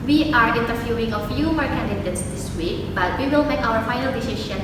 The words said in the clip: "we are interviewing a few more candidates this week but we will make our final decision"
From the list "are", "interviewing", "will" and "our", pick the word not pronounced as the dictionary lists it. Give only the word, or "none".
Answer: interviewing